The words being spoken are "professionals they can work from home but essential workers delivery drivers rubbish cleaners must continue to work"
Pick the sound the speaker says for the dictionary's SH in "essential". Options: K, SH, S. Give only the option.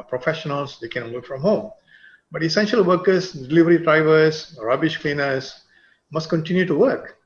SH